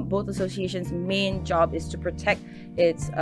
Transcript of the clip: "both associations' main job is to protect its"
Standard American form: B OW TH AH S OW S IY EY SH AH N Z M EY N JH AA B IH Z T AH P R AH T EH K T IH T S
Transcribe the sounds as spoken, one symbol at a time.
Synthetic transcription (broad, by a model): B OW TH AH S OW S IY EY SH AH N Z M EY N JH AA B IH Z T AH P R AH T EH K T IH T S